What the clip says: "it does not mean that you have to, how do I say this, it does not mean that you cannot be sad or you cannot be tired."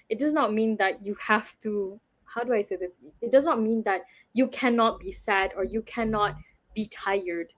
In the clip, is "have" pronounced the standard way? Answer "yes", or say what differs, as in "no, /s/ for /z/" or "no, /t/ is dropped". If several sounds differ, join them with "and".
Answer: no, /f/ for /v/